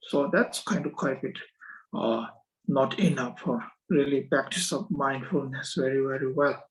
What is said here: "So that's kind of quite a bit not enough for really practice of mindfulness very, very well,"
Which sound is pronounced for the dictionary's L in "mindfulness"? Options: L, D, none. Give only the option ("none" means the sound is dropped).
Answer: L